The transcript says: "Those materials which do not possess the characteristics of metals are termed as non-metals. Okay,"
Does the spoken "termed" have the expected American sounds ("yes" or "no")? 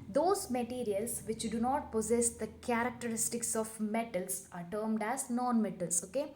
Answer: yes